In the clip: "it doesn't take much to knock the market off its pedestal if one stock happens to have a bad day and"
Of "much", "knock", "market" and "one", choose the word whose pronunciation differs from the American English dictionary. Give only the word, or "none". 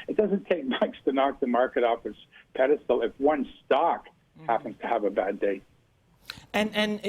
much